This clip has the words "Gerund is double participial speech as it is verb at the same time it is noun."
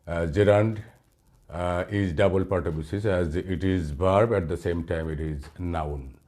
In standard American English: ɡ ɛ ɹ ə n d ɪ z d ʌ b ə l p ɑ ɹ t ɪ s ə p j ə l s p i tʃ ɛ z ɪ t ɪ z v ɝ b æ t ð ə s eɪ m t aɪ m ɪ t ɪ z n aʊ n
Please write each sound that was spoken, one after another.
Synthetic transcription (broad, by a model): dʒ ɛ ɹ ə n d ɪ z d ʌ b ə l p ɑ ɹ t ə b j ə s i s ɛ z ɪ t ɪ z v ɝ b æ t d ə s eɪ m t aɪ m ɪ t ɪ z n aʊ n